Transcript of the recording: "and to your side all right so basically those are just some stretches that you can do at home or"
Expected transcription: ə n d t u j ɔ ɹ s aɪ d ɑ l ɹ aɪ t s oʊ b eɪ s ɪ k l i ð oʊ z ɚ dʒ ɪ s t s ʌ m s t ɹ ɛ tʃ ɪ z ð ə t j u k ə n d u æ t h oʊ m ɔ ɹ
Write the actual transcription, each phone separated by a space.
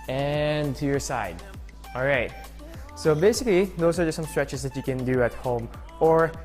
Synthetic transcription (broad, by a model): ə n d t u j ɔ ɹ s aɪ d ɑ l ɹ aɪ t s oʊ b eɪ s ɪ k l i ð oʊ ʊ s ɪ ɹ s ʌ m s t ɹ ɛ tʃ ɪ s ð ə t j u k ə n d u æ t h oʊ m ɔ ɹ